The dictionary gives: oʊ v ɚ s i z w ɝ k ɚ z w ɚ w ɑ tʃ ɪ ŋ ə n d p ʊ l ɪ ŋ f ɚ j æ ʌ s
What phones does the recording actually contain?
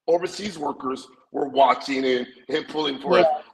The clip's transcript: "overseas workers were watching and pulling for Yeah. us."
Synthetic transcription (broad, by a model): oʊ v ɚ s i z w ɝ k ɚ z w ɚ w ɑ tʃ ɪ ŋ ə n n p ʊ l ɪ ŋ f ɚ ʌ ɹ